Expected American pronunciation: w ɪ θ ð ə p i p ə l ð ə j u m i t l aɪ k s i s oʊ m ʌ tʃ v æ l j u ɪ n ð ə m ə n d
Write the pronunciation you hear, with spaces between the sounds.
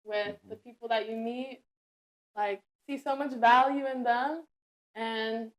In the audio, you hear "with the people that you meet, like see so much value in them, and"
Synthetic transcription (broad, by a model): w ɪ ð ə p i p l ð ə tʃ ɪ m i t l aɪ k s i s oʊ m ʌ tʃ v æ l j u ɪ n ð ə m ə n